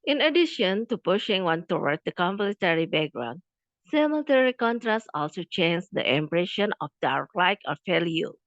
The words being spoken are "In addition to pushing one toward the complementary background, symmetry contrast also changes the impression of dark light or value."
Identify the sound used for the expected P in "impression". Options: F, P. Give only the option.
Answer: P